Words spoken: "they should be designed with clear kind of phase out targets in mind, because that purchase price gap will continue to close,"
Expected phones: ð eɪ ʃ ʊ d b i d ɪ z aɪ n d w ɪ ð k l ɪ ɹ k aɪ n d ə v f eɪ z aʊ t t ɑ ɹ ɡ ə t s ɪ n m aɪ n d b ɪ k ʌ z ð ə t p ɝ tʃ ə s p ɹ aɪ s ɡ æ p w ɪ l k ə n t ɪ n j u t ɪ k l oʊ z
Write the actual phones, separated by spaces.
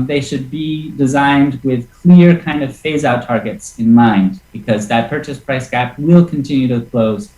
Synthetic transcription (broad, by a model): ð eɪ ʃ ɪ d b i d ɪ z aɪ n d w ɪ ð k l ɪ ɹ k aɪ n d ə v f eɪ z aʊ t t ɑ ɹ ɡ ə t s ɪ n m aɪ n d b ɪ k ʌ z ð ə t p ɝ tʃ ə s p ɹ aɪ s ɡ æ p w ɪ l k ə n t ɪ n j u t ɪ k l oʊ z